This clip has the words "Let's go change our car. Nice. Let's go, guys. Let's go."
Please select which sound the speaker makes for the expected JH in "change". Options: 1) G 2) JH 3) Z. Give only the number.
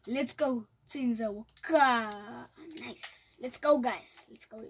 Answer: 3